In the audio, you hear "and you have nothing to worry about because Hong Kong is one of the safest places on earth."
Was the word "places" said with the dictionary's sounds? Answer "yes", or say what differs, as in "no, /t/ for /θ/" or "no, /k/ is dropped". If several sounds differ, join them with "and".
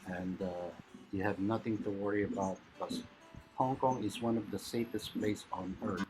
no, /s/ is dropped